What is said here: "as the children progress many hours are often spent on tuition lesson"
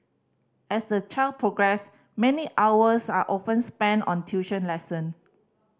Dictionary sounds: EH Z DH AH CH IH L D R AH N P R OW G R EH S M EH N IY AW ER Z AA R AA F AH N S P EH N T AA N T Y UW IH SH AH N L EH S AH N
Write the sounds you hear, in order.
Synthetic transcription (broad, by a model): EH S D AH CH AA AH L P R OW G R EH S M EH N IY AW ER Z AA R AA F AH N S P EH N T AA N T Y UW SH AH N L EH S AH N